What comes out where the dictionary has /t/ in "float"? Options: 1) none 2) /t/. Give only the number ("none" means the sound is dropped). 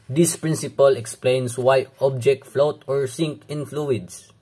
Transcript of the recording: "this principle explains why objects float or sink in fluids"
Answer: 2